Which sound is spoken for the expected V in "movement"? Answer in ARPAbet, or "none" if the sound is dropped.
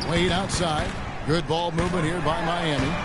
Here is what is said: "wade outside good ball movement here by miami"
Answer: V